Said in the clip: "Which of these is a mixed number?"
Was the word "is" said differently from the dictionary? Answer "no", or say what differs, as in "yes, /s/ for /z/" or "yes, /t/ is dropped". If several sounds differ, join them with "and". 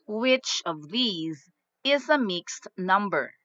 no